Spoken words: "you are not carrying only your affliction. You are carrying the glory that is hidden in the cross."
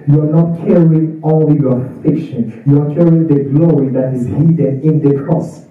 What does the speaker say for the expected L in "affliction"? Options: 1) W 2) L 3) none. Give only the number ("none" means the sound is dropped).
3